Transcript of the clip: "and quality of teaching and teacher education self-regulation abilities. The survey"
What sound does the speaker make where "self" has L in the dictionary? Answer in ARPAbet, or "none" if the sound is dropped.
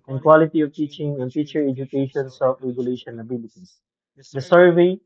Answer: none